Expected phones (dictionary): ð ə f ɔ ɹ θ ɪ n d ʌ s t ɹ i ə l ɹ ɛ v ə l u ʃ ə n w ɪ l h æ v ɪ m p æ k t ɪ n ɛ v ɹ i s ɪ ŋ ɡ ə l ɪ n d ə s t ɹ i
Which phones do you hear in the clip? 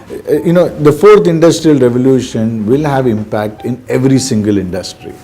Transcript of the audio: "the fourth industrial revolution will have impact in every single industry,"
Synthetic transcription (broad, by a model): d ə f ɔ ɹ t ɪ n d ʌ s t ɹ i ə l ɹ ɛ v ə l u ʃ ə n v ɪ l h æ v ɪ m p æ k t ɪ n ɛ v ɹ i s ɪ ŋ ɡ ə l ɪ n d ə s t ɹ i